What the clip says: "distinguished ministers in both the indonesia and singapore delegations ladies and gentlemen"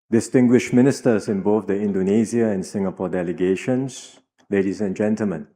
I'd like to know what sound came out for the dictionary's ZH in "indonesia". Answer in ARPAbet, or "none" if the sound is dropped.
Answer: Z